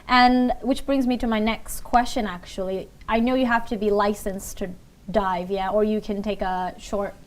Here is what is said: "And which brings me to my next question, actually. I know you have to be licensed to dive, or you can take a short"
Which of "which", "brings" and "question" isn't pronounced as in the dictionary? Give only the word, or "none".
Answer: none